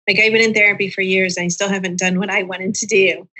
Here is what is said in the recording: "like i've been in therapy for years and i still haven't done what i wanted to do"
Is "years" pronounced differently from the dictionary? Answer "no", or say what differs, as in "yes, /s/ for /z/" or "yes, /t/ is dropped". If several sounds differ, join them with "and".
no